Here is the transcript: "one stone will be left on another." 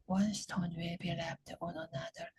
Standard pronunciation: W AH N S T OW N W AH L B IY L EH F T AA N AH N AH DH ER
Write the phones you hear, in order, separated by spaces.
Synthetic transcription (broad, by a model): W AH N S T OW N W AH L B IY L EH P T AA N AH N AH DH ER